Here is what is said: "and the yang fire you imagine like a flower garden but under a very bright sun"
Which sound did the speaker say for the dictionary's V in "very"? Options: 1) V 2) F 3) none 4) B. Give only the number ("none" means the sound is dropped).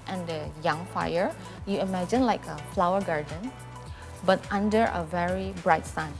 1